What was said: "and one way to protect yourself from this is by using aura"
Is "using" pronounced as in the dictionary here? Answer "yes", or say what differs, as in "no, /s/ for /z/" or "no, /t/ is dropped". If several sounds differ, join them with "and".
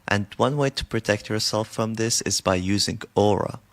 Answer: yes